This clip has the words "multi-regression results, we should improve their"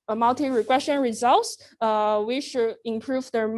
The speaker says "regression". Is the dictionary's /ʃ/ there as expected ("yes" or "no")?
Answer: no